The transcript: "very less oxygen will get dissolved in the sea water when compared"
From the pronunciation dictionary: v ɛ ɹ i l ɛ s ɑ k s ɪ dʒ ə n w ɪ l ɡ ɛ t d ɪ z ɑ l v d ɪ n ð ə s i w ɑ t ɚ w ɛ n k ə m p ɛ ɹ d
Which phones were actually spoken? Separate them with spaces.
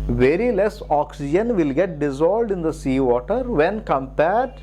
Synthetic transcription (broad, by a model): v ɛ ɹ i l ɛ s ɑ k s ɪ dʒ ə n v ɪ l ɡ ɛ t d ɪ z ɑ l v d ɪ n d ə s i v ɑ t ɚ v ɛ n k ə m p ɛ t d